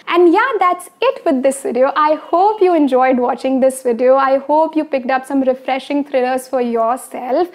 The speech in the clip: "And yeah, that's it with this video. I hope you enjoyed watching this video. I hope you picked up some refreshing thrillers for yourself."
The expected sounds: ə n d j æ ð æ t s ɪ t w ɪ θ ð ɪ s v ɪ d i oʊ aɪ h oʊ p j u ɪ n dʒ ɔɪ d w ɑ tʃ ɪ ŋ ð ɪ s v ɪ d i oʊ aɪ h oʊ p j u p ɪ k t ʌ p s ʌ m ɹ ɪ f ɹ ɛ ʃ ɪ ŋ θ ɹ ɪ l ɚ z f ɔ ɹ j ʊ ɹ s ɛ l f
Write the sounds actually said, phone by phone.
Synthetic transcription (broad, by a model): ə n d j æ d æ t s ɪ t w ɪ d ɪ s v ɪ d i oʊ aɪ h oʊ p j u ɪ n dʒ ɔɪ d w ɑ tʃ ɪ ŋ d ɪ s v ɪ d i oʊ aɪ h oʊ p j u p ɪ k t ʌ p s ʌ m ɹ ɪ f ɹ ɛ ʃ ɪ ŋ t ɹ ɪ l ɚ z f ɔ ɹ j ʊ ɹ s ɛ l f